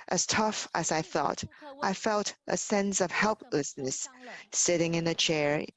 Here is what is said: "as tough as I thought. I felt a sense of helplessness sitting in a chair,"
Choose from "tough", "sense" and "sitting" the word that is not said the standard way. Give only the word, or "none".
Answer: none